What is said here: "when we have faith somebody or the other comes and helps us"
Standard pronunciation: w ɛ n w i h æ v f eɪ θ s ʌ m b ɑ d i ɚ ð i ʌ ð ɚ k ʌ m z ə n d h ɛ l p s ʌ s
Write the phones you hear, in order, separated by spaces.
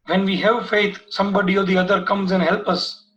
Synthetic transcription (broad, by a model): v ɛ n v i h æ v f eɪ t s ʌ m b ɑ d i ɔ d i ʌ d ɚ k ʌ m z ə n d h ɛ l p ʌ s